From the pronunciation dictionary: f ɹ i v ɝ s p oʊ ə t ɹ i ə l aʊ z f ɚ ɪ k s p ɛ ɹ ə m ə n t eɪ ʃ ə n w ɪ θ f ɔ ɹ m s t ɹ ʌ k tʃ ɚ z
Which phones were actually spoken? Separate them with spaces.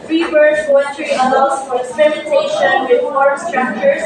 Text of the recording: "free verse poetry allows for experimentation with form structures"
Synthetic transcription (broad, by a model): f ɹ i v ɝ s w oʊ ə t ɹ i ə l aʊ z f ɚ ɪ k s p ɛ ɹ ə m ə n t eɪ ʃ ə n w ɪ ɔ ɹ s t ɹ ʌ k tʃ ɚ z